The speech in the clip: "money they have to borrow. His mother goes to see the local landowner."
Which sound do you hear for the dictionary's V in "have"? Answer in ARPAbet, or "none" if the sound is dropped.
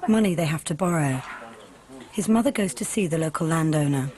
F